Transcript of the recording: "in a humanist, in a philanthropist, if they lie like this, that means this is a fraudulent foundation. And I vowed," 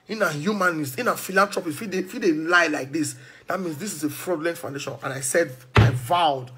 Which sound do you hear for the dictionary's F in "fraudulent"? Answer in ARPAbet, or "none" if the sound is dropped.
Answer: P